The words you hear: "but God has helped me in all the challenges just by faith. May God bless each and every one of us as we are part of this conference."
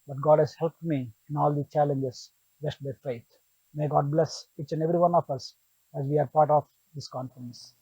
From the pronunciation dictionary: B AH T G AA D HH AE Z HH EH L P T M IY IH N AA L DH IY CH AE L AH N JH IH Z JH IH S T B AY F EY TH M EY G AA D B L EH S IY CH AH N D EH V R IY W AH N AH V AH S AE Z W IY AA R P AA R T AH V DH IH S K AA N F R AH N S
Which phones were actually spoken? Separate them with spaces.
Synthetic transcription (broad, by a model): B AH T G AA D HH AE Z HH EH L P T M IY IH N AA L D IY CH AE L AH N JH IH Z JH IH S T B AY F EY T M EY G AA D B L EH S IY CH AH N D EH V R IY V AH N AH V AH S AE Z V IY AA R P AA R T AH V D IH S K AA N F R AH N S